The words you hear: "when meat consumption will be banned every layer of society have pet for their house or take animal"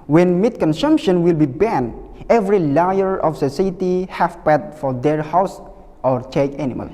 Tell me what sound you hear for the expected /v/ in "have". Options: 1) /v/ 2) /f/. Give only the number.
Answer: 2